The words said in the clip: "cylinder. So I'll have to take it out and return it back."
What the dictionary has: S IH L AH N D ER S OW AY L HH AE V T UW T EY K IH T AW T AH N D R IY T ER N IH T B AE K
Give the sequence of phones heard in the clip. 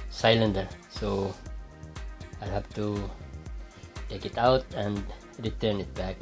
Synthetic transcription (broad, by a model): S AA L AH N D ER S OW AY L HH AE F T UW T EY K IH T AW T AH N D R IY T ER N IH T B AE K